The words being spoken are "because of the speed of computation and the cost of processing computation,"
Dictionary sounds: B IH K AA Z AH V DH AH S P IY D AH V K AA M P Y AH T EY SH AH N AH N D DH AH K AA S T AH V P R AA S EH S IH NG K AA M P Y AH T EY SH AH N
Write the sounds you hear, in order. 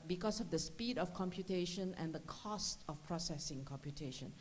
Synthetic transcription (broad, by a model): B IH K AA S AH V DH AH S P IY D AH F K AA M P Y AH T EY SH AH N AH N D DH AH K AA S T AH F P R AA S EH S IH NG K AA M P Y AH T EY SH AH N